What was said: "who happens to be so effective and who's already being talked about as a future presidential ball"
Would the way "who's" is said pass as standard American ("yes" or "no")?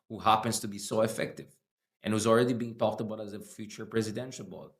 yes